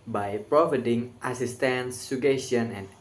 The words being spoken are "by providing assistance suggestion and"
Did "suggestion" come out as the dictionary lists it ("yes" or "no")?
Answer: no